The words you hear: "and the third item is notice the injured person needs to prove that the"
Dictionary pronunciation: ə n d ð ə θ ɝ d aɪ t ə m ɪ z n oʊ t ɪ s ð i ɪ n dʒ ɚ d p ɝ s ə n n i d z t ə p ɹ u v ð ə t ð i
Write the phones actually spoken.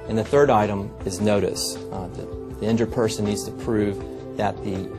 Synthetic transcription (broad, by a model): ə n ð ə θ ɝ d aɪ t ə m ɪ z n oʊ t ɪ s ð i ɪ n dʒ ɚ p ɝ s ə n n i d z t ə p ɹ u v ð ə t ð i